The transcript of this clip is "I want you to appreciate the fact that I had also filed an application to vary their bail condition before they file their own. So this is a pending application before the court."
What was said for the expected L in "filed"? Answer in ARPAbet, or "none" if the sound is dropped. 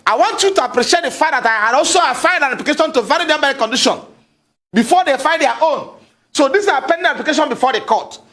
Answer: N